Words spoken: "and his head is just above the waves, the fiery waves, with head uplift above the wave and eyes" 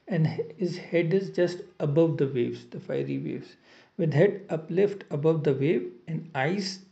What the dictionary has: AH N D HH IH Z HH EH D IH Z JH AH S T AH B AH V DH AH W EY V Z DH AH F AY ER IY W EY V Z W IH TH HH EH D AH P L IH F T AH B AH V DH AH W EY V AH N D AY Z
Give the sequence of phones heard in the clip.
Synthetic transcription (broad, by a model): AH N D HH IH Z HH EH D IH Z JH AH S T AH B AH V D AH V EY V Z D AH F AY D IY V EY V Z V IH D HH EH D AH P L IH F T AH B AH V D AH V EY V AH N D AY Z